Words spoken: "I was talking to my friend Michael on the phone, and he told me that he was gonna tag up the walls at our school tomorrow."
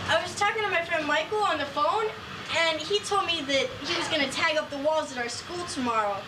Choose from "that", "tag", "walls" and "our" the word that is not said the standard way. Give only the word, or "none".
none